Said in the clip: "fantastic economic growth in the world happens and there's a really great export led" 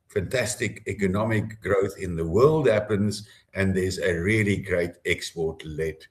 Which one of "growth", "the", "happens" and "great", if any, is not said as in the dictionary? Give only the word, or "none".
none